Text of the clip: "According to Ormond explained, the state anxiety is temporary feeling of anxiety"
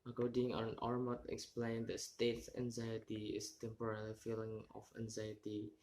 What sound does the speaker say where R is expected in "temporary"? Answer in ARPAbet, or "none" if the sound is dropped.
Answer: L